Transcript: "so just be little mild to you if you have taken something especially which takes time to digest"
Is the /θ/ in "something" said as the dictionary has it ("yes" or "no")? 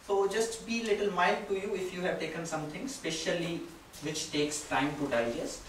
no